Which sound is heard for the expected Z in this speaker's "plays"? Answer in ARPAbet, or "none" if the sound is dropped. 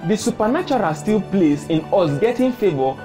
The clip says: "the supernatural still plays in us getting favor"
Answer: S